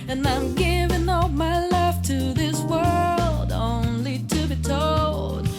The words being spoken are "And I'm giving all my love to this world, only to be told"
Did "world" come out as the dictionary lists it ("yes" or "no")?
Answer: yes